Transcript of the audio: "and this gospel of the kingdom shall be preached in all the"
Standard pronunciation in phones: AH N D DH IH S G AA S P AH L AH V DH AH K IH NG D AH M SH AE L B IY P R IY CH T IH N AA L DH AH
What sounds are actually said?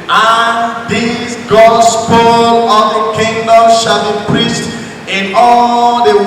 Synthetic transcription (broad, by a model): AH N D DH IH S G AA S P AH L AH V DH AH K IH NG D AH M SH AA L B IY P R IY CH T IH N AA L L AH